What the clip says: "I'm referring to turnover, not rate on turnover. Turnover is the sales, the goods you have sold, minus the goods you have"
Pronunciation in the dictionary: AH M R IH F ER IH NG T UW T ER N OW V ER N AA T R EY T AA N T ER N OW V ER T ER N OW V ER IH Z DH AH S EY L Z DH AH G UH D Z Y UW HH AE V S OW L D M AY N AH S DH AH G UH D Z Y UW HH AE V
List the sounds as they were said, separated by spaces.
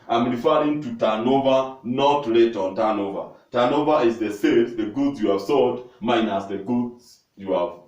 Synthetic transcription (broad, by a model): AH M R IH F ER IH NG T UW T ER N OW V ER N AA T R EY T AA N T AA N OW V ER T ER N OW V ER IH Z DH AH S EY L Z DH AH G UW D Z Y UW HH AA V S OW D M AY N AH S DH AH G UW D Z Y UW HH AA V